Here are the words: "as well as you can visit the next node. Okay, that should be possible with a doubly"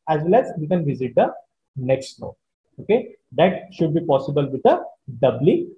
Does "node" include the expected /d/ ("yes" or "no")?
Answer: no